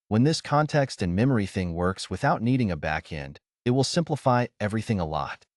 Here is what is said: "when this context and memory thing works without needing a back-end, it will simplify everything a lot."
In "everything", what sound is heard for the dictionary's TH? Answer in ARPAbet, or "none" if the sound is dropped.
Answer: TH